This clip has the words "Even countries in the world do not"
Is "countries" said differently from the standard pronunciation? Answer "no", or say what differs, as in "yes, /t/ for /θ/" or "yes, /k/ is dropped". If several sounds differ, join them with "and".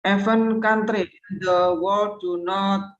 yes, /z/ is dropped